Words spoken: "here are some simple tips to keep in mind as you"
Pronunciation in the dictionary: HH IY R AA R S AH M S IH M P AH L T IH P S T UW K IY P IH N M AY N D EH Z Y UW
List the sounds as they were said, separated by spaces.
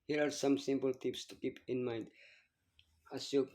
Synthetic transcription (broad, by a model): HH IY R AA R S AH M S IH M P AH L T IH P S T UW K IY P IH N M AY N D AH S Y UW